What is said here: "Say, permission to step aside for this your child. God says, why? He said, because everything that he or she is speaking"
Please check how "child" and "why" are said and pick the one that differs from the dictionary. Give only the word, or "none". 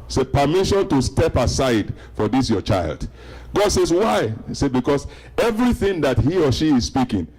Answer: none